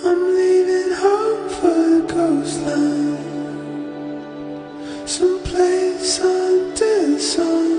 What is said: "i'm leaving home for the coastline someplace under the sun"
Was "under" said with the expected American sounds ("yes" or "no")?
no